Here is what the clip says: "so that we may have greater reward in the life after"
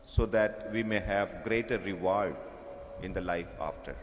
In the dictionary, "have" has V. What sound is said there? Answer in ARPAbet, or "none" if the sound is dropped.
V